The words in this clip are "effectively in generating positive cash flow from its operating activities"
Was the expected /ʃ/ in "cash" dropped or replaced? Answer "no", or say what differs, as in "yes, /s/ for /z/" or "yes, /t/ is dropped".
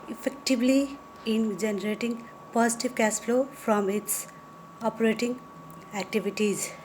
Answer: yes, /s/ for /ʃ/